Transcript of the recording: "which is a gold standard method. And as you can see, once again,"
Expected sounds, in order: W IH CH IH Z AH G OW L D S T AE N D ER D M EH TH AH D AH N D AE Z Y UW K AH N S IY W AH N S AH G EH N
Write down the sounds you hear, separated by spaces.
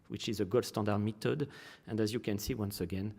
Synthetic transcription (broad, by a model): W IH CH IH Z AH G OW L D S T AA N D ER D M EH T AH D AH N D AE Z Y UW K AH N S IY W AH N S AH G EH N